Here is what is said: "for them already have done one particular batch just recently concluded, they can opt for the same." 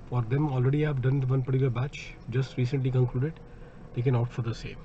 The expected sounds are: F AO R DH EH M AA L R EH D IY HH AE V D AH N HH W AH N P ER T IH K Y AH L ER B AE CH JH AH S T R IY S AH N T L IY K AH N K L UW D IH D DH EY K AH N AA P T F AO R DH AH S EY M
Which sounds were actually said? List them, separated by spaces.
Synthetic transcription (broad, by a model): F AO R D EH M AA L R EH D IY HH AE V D AH N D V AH N P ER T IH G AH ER B AE CH JH AH S T R IY S AH N T L IY K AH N K L UW D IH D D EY K AH N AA T F AO R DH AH S EY M